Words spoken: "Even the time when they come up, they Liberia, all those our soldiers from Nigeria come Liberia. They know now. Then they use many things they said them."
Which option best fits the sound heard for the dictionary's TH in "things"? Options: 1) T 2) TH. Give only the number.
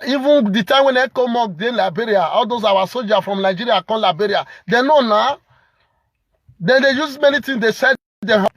1